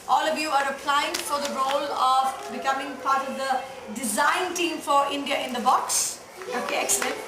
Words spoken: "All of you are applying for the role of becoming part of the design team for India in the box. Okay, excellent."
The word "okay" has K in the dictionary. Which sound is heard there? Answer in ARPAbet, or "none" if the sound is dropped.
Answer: K